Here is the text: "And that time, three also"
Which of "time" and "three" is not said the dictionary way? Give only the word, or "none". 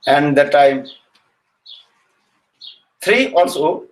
three